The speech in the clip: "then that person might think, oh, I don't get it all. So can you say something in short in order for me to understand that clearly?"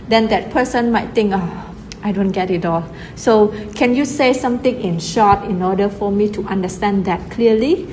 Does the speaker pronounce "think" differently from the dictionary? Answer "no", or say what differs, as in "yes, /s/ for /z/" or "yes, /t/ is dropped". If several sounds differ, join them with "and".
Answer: yes, /t/ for /θ/